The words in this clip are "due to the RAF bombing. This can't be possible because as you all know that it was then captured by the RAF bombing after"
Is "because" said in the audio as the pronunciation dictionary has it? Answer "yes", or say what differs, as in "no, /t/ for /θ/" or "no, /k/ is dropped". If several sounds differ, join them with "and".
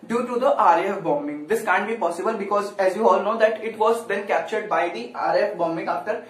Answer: yes